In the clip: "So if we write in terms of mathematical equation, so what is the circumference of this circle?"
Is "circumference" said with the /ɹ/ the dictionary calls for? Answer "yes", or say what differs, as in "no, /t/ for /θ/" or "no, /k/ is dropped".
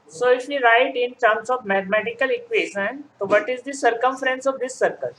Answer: yes